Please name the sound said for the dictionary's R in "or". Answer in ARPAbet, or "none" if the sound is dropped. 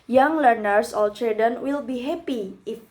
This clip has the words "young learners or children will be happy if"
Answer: L